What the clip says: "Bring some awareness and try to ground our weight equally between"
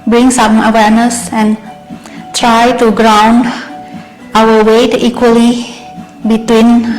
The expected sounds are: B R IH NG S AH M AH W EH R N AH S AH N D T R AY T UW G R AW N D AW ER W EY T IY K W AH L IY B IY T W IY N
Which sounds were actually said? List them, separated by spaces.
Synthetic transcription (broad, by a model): B R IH NG S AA M AH W EH R N AH S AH N T R AY T UW G R AW N D AW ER W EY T IY K W AH L IY B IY T W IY N